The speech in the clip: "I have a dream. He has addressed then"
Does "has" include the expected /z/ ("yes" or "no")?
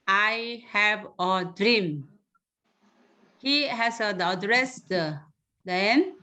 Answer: no